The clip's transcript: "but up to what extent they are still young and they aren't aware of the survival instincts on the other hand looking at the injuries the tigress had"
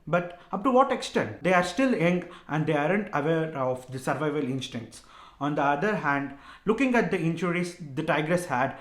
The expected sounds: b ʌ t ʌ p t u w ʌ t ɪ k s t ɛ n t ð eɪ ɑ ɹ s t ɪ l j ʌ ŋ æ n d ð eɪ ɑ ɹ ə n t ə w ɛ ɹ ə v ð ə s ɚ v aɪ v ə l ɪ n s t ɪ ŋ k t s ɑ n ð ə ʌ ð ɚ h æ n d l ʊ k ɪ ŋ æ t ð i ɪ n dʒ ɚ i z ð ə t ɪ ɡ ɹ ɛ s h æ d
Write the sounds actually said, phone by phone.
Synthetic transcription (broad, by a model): b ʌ t ʌ p t u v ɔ t ɪ k s t ɛ n t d eɪ ɑ ɹ s t ɪ l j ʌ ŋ æ n d eɪ ɑ ɹ ə n t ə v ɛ ɹ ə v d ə s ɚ v aɪ v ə l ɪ n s t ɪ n t s ɑ n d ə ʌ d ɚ h æ n d l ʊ k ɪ ŋ æ t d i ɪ n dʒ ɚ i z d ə t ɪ ɡ ɹ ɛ s h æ d